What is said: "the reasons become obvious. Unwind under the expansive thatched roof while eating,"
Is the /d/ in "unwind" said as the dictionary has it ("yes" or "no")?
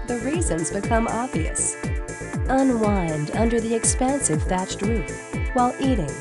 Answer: yes